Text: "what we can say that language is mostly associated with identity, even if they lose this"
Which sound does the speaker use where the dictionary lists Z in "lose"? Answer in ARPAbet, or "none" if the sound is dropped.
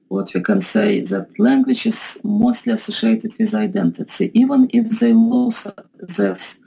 S